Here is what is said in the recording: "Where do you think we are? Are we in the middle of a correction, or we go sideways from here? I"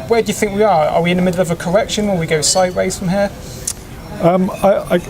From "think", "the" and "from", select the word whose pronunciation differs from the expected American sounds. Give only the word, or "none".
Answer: none